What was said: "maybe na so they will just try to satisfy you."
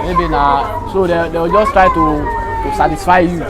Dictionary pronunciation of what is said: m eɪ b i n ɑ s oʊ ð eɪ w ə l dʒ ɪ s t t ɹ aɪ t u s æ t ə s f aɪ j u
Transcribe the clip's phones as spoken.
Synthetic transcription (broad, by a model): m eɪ b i n ɑ s oʊ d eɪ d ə w dʒ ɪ s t t ɹ aɪ t u s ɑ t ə s f aɪ j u